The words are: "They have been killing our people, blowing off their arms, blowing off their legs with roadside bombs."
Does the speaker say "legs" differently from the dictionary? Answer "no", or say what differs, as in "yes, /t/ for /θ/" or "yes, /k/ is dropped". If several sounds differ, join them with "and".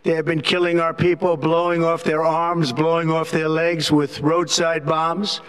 no